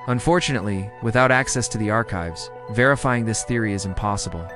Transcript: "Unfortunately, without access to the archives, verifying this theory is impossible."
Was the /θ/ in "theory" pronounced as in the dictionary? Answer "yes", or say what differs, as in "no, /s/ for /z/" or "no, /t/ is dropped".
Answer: yes